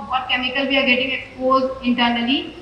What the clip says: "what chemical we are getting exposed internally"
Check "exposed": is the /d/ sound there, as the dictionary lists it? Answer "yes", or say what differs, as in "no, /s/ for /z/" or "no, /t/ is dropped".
no, /d/ is dropped